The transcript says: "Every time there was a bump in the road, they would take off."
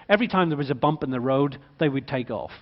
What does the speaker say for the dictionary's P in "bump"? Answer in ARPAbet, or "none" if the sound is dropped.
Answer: P